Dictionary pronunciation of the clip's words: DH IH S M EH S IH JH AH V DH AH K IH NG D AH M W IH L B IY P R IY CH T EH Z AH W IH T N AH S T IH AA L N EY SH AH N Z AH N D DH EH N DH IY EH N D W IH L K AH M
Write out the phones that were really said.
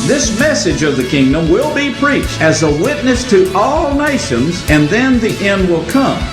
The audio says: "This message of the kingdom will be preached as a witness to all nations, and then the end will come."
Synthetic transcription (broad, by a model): DH IH S M EH S IH JH AH V DH AH K IH NG D AH M W IH L B IY P R IY CH T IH Z AH W IH T N AH S T IH AA L N EY SH AH N Z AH N DH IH N DH IY EH N D W IH L K AH M